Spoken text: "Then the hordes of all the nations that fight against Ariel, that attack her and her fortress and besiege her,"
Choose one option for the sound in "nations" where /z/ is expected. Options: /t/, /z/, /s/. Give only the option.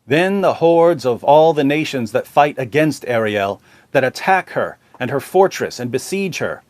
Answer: /z/